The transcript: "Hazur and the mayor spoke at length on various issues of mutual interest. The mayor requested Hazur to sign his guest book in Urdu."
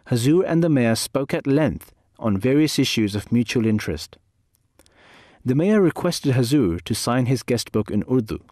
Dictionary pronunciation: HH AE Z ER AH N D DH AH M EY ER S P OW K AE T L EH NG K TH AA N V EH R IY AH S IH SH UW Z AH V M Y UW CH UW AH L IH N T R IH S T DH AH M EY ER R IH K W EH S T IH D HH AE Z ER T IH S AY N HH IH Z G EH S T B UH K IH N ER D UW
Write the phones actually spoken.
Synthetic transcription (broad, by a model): HH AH Z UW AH N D DH AH M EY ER S P OW K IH T L EH NG K TH N V EH R IY AH S IH SH UW Z AH V M Y UW CH UW AH L IH N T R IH S T DH AH M EY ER R IH K W EH S T IH D HH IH Z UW T IH S AY N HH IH Z G EH S T B UH K IH N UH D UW